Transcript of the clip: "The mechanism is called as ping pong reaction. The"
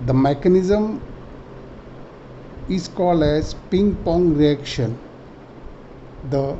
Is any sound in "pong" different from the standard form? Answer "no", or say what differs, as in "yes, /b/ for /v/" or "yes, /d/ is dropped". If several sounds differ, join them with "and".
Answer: no